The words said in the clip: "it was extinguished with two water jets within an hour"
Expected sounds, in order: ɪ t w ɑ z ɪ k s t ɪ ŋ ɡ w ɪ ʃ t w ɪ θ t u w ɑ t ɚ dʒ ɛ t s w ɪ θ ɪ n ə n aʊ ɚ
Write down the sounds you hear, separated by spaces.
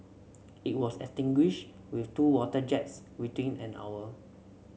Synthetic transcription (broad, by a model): ɪ t w ɑ s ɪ s t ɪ ŋ ɡ w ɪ ʃ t w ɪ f t u w ɑ t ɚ dʒ ɛ t s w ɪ t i n ə n aʊ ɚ